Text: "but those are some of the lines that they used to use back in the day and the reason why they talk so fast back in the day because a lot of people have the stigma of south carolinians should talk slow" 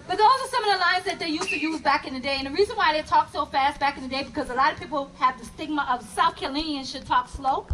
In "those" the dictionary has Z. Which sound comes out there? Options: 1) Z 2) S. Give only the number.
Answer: 2